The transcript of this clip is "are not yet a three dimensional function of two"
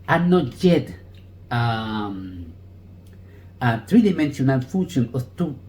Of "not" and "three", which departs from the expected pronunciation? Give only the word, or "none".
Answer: three